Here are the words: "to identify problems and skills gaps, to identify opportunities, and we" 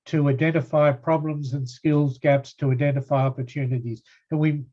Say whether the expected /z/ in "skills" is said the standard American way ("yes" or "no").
yes